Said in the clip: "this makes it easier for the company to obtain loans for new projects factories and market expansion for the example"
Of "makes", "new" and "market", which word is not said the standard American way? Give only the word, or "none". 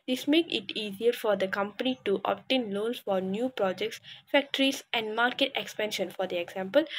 makes